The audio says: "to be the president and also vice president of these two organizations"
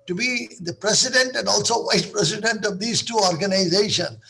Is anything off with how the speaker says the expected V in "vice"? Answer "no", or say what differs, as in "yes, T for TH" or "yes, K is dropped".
no